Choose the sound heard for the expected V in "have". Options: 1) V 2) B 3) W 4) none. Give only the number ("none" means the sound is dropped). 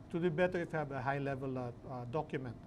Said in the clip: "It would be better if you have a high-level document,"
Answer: 2